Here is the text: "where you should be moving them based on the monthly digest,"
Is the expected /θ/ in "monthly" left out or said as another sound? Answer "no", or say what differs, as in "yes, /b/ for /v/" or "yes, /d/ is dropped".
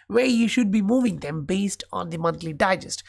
yes, /t/ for /θ/